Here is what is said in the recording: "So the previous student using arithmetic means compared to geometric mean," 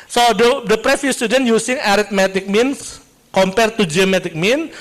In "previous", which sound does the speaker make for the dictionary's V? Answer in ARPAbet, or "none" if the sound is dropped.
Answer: F